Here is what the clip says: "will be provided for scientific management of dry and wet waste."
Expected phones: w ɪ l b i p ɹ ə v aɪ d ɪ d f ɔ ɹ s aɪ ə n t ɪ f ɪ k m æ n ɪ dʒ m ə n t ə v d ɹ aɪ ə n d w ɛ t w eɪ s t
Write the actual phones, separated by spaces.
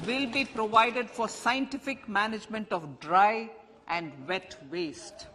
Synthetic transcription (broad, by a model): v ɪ l b i p ɹ ə v aɪ d ɪ d f ɔ ɹ s aɪ ə n t ɪ f ɪ k m æ n ɪ dʒ m ə n t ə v d ɹ aɪ ə n d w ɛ t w eɪ s t